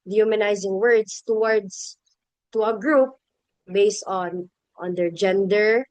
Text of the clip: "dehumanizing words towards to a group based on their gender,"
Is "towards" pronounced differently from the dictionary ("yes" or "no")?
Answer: yes